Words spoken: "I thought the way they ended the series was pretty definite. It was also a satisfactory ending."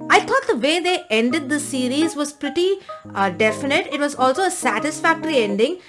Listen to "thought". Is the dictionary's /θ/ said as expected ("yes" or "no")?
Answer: no